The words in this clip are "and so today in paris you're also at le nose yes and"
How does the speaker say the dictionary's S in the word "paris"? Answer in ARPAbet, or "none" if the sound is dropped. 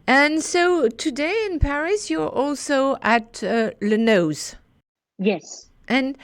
S